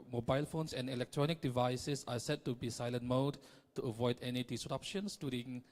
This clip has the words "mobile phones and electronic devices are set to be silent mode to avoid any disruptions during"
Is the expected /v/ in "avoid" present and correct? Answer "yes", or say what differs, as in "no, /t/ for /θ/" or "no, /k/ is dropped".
yes